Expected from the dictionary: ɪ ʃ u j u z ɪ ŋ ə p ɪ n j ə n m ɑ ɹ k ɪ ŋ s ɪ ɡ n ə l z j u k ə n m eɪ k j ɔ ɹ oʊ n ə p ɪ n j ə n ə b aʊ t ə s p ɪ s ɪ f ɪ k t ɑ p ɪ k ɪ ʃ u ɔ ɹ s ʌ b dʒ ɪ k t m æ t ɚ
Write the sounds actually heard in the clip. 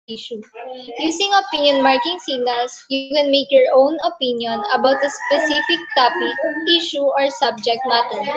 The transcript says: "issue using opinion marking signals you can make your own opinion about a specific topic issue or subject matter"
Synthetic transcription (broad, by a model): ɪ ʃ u j u s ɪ ŋ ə p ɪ n j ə n m ɑ ɹ k ɪ ŋ s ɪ ɡ n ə l s j u k ə n m eɪ k j ɔ ɹ oʊ n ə p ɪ n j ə n ə b aʊ t ə s p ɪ s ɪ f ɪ k t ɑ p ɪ ɪ ʃ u ɔ ɹ s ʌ b dʒ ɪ k t m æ t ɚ